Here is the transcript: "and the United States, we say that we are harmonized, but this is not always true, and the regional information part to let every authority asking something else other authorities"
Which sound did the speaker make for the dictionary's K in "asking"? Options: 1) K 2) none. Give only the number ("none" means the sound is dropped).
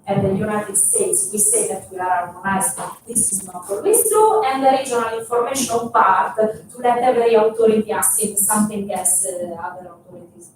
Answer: 2